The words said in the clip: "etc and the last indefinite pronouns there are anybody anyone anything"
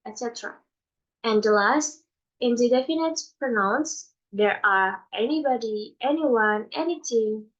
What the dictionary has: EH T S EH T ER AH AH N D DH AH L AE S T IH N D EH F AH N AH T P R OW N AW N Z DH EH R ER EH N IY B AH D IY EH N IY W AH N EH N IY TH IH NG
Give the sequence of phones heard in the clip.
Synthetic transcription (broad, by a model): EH T S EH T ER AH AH N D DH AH L AE S T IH N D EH F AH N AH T P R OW N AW N S DH EH R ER EH N IY B AH D IY EH N IY W AH N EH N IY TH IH NG